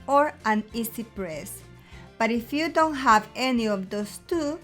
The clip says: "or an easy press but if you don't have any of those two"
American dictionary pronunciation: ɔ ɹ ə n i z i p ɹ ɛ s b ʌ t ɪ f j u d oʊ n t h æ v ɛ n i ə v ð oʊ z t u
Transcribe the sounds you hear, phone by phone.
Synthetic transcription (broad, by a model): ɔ ɹ ə n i s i p ɹ ɛ s b ʌ t ɪ f j u d oʊ n t h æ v ɛ n i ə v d oʊ s t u